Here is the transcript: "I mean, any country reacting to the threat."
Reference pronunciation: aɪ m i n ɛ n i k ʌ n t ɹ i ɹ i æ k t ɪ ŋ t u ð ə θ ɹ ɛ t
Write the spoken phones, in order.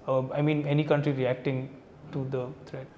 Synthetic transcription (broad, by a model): aɪ m i n ɛ n i k ʌ n t ɹ i ɹ i æ k t ɪ ŋ t u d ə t ɹ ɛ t